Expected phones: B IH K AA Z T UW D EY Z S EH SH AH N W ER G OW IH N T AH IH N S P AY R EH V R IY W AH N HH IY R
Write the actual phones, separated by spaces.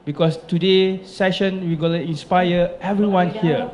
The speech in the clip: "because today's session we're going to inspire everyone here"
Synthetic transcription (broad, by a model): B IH K AA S T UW D EY S EH SH AH N W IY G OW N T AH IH N S P AY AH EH V R IY W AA N HH IY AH